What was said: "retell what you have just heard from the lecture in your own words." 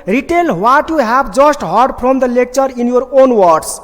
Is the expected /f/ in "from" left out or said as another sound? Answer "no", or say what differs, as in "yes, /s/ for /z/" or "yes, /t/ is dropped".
yes, /p/ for /f/